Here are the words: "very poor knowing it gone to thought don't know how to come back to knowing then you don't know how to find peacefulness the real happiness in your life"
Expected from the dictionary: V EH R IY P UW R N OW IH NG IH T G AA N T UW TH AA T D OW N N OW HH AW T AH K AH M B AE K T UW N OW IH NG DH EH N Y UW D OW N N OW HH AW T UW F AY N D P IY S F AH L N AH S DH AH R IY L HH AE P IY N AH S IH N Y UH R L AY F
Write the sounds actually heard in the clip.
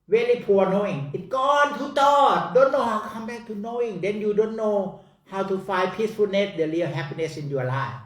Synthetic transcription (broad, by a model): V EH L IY P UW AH N OW IH NG IH T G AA N T UW T AA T D OW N N OW HH AW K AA M B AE K T UW N OW IH NG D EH N Y UW D OW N N OW HH AW T UW F AY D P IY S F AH N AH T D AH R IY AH HH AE P IY N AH S IH N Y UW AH L AY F